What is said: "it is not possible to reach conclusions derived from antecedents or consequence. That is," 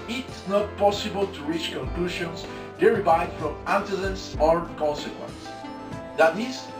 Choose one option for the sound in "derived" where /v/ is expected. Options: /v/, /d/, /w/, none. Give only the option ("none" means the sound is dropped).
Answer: none